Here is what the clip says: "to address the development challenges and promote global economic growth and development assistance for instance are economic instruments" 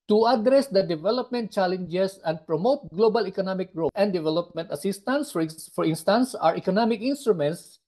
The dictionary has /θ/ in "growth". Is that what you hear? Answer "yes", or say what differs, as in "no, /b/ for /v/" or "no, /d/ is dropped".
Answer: no, /t/ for /θ/